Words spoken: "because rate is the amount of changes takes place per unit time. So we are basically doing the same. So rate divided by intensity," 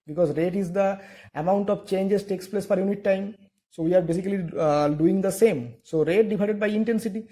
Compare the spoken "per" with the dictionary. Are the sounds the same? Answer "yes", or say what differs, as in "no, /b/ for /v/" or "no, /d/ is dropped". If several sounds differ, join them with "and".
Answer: no, /f/ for /p/